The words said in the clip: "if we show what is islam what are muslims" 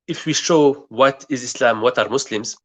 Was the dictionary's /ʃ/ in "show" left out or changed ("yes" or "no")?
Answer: no